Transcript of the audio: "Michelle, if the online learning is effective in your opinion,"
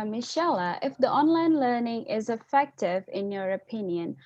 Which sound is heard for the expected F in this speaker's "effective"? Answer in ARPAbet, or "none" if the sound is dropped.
F